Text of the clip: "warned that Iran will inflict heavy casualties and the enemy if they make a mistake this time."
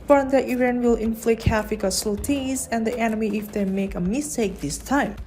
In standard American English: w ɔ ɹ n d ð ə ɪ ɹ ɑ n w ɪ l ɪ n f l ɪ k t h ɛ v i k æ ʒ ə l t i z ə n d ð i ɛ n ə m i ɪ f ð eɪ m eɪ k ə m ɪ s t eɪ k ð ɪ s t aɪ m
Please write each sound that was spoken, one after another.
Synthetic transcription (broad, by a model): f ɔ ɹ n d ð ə ɪ ɹ ɑ n w ɪ l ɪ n f l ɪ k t h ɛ f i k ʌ s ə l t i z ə n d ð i ɛ n ə m i ɪ f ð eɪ m eɪ k ə m ɪ s t eɪ k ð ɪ s t aɪ m